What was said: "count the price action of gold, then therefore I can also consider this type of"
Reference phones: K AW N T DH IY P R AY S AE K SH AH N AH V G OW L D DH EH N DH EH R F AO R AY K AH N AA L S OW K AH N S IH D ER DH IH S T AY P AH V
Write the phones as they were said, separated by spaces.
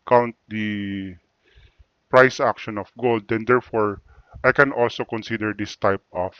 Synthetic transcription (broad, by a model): K AW N T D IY P R AY S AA K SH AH N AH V G OW L D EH N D EH R F AO R AY K AH N AA L S OW K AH N S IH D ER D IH S T AY P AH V